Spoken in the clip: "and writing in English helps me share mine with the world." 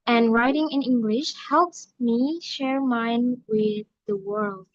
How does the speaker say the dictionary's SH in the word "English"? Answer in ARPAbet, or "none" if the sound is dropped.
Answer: SH